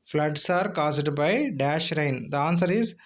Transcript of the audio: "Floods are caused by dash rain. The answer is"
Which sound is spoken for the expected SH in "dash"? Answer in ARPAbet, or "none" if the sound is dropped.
SH